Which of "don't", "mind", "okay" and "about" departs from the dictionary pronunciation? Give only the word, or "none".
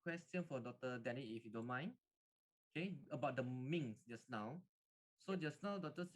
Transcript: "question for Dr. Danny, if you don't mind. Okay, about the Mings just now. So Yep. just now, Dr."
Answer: mind